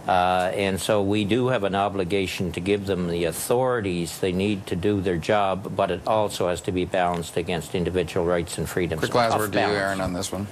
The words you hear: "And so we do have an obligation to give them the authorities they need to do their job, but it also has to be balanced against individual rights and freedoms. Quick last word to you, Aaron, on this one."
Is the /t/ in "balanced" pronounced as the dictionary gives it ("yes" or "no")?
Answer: yes